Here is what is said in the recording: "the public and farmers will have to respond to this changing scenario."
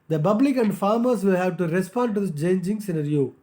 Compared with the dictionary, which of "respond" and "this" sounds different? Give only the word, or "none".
this